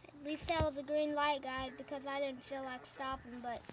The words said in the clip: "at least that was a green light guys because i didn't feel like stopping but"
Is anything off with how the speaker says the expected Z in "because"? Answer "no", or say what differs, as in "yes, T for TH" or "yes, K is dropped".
no